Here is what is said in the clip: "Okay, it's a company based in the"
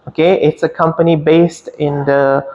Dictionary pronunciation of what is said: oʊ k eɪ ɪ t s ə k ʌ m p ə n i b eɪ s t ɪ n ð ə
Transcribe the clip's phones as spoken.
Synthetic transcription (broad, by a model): oʊ k eɪ ɪ t s ə k ʌ m p ə n i b eɪ s t ɪ n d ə